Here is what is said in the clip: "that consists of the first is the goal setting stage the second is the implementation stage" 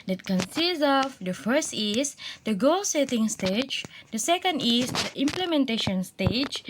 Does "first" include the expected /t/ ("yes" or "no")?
yes